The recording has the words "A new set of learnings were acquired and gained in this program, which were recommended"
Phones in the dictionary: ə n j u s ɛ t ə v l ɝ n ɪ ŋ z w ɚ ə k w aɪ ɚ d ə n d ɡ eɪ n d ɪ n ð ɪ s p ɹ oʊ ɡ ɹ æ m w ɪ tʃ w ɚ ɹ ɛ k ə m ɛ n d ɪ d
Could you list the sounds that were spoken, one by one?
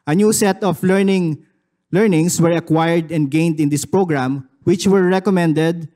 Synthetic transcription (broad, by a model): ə n j u s ɛ t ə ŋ l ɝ n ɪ ŋ s w ɚ ə k w aɪ ɚ d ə n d ɡ eɪ n d ɪ n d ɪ s p ɹ oʊ ɡ ɹ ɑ m w ɪ tʃ w ɚ ɹ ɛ k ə m ɛ n d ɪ d